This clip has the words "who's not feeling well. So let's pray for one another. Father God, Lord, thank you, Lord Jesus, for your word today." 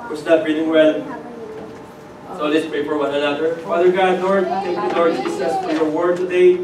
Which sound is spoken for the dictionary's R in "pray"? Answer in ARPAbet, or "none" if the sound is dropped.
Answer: none